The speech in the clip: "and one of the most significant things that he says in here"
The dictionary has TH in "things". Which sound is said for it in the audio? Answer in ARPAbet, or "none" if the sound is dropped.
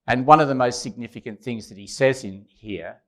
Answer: TH